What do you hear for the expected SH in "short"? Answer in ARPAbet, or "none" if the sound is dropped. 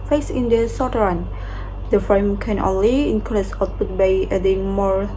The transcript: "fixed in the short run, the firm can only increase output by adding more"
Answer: S